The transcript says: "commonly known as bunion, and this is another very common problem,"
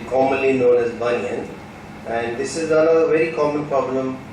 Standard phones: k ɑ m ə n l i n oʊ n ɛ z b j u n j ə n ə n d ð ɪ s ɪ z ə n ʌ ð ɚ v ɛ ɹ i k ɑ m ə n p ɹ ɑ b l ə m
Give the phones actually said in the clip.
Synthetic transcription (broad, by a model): k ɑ m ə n l i n oʊ n ɛ z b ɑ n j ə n ə n d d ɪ s ɪ z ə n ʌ ɚ v ɛ ɹ i k ɑ m ə n p ɹ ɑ b l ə m